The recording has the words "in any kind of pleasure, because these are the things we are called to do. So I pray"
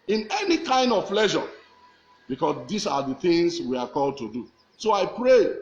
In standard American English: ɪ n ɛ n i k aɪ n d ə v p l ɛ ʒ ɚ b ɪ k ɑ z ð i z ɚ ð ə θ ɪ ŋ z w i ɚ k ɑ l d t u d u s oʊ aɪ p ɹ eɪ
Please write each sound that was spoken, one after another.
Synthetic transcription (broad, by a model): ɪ n ɛ n i k aɪ n d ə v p l ɛ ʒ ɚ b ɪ k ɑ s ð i s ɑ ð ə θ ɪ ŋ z w i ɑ k ɑ l d t u d u s oʊ aɪ p ɹ eɪ